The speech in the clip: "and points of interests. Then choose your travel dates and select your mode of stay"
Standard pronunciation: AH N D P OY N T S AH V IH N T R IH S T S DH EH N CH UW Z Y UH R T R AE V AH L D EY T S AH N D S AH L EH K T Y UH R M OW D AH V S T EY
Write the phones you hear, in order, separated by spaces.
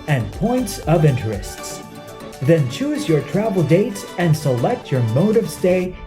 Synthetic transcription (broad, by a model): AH N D P OY N T S AH V IH N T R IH S T S DH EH N CH UW Z Y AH R T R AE V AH L D EY T S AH N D S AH L EH K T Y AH R M OW D AH V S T EY